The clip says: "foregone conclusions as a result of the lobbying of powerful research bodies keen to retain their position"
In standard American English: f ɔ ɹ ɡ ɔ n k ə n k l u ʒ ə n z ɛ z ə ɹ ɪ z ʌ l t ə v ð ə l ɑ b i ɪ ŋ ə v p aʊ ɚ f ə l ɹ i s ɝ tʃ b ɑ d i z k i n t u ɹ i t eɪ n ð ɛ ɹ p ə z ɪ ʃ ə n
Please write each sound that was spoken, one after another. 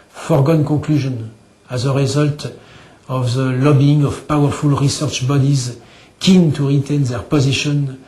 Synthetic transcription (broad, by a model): f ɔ ɹ ɡ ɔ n k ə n k l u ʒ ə n ɛ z ə ɹ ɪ z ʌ l t ə v ð ə l ɑ b i ɪ ŋ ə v p aʊ ɚ f ə l ɹ i s ɝ tʃ b ɑ d i z k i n t u ɹ i t eɪ n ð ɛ ɹ p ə z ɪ ʃ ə n